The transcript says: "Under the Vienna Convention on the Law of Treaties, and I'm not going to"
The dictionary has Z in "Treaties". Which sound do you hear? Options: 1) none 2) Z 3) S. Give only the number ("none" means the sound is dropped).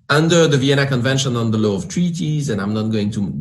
2